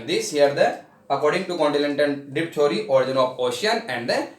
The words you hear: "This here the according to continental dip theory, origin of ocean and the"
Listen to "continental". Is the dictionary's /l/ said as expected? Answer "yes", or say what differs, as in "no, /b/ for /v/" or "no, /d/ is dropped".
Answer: no, /n/ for /l/